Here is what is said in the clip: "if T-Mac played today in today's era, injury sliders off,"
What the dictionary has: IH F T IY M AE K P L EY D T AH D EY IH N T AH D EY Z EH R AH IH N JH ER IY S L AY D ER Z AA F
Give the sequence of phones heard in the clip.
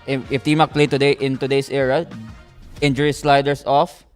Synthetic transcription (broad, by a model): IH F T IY M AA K P L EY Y T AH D EY IH N T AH D EY S EH R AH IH N JH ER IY S L AY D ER S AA F